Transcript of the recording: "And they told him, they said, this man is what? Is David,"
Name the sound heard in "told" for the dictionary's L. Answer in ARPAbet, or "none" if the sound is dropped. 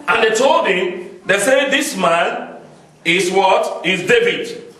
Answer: L